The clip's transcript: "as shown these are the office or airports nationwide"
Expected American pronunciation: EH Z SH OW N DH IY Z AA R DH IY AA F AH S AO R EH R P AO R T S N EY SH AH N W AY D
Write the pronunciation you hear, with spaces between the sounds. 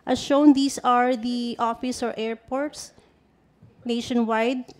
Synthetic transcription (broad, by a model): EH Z SH OW N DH IY S AA R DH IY AA F AH S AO R EH R P AO R T S N EY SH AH N W AY D